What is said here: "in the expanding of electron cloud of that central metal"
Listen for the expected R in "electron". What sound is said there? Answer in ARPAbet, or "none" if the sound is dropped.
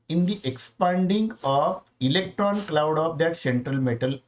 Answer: R